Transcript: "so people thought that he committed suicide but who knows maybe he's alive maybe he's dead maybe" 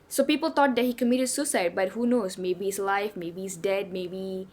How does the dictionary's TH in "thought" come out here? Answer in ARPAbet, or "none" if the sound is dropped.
T